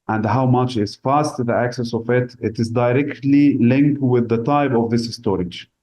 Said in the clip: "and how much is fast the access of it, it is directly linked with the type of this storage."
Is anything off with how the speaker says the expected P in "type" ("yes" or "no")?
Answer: yes